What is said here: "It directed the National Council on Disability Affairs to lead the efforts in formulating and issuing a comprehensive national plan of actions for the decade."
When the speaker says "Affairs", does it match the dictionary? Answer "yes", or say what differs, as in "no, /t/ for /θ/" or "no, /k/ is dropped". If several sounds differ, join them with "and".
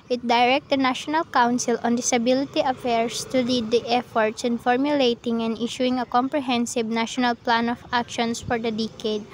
no, /s/ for /z/